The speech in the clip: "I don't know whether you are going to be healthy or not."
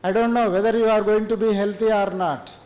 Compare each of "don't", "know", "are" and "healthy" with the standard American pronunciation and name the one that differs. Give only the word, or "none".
healthy